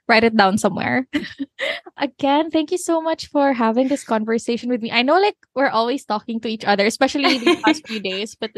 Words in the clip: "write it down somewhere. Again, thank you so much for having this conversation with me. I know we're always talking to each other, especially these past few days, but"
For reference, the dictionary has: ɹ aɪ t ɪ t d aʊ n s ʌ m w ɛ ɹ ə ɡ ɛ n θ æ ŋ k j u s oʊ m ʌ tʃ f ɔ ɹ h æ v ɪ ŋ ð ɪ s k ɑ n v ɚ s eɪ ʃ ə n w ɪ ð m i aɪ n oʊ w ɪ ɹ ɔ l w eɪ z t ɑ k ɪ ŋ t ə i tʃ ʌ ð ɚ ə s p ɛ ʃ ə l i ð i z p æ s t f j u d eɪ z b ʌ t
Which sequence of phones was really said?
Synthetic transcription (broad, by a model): ɹ aɪ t ɪ t d aʊ n s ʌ m w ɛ ɹ ə ɡ ɛ n θ æ ŋ k j u s oʊ m ʌ tʃ f ɔ ɹ h æ v ɪ ŋ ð ɪ s k ɑ n v ɚ s eɪ ʃ ə n w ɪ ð m i aɪ n oʊ w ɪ ɹ ɔ l w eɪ s t ɑ k ɪ ŋ t ə i tʃ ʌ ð ɚ ə s p ɛ ʃ ə l i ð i p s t f j u d eɪ s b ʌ t